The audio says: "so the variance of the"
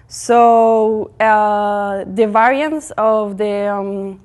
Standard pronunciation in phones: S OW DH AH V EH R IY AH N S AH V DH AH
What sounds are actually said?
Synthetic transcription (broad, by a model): S OW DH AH V EH R IY AH N S AH V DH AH